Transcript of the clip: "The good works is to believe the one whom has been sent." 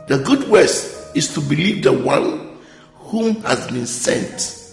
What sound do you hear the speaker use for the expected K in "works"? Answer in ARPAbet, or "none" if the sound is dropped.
none